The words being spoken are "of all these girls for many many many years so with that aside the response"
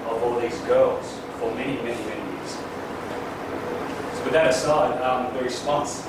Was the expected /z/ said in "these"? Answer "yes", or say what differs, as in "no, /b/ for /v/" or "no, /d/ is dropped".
yes